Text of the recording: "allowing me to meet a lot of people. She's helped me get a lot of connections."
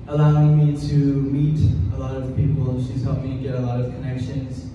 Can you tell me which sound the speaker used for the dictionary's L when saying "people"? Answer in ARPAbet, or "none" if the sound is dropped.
N